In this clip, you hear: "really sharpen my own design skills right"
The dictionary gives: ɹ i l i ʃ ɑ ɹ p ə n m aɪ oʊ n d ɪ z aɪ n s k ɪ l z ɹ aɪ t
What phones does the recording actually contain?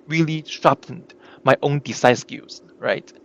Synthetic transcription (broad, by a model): ɹ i l i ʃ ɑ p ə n m aɪ oʊ n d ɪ s aɪ s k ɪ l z ɹ aɪ t